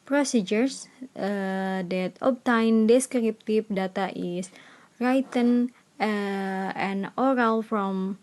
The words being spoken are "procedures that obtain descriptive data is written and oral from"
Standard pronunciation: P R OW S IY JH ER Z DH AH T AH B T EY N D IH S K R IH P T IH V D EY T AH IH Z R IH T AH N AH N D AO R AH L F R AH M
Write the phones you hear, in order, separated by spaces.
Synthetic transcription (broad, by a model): P R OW S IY JH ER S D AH T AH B T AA N D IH S K R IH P T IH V D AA T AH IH S R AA T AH N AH N AO R AH L F R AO M